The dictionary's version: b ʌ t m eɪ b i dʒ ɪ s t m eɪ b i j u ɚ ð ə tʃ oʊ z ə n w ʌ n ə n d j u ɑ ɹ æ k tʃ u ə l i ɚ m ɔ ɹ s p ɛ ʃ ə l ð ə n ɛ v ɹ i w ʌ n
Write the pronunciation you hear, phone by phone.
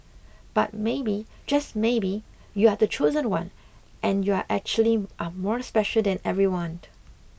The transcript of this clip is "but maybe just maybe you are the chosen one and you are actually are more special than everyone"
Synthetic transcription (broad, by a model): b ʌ t m eɪ b i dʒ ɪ s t m eɪ b i j u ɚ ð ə tʃ oʊ z ə n w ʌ n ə n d j u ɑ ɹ æ k tʃ u ə l i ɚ m ɔ ɹ s p ɛ ʃ ə l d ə n ɛ v ɹ i w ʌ n